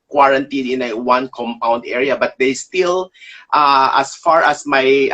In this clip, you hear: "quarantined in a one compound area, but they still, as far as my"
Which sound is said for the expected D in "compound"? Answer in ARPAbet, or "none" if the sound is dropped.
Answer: D